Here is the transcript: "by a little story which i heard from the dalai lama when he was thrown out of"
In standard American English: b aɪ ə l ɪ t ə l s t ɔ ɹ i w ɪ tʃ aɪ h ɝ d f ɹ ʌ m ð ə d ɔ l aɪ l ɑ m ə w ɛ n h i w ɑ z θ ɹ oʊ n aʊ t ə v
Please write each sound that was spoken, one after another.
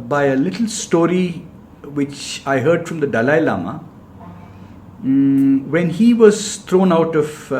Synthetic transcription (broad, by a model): b aɪ ə l ɪ t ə l s t ɔ ɹ i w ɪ tʃ aɪ h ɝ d f ɹ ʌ m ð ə d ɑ l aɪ l ɑ m ə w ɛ n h i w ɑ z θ ɹ oʊ n aʊ t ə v